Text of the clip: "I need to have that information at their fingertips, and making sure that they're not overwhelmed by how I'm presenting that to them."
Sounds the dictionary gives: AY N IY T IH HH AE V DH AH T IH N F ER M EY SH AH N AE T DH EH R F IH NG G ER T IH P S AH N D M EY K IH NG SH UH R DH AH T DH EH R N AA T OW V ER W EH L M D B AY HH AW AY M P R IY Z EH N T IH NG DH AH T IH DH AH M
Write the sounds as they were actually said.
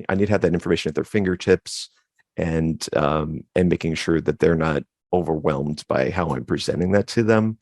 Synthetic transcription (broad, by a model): AY N IY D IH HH V DH AH T IH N F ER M EY SH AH N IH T DH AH R F IH NG G ER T IH P S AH N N M EY K IH NG SH UH R DH AH T DH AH R N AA T OW V ER W EH L M D B AY HH AW AY M P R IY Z EH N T IH NG DH AH T IH DH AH M